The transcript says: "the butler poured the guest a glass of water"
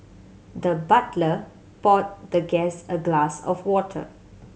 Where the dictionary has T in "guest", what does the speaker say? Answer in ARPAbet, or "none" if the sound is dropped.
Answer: none